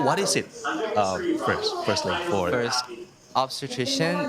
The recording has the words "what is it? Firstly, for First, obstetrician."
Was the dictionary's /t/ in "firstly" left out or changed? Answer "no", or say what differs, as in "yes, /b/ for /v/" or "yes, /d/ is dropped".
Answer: yes, /s/ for /t/